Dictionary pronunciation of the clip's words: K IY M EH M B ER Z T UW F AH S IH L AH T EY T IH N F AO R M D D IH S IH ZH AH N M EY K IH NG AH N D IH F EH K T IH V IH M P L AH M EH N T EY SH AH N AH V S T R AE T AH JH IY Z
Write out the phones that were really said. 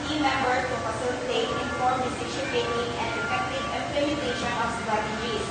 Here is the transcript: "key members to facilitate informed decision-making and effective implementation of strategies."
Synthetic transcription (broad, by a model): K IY M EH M B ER T UW F AH S IH L AH T EY T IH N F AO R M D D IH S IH SH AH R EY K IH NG AH N D IH F EH K T IH V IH M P L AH M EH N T EY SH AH N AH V S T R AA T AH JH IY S